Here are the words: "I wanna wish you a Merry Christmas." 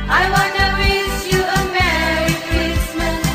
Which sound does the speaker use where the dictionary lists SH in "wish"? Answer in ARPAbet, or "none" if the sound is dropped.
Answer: S